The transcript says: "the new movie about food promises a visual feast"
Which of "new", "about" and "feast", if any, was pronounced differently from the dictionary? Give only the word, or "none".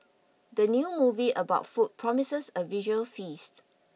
none